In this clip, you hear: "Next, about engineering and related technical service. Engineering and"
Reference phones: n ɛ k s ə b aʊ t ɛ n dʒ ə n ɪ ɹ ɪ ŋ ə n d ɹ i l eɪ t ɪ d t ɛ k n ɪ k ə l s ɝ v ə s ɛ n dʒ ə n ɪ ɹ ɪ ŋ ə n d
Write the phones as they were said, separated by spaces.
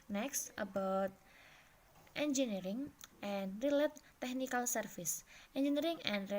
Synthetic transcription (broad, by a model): n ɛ k s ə b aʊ t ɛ n dʒ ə n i ɹ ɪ ŋ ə n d ɹ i l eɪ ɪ t ɛ k n ɪ k ə l s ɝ f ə s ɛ n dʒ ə n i ɹ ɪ ŋ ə n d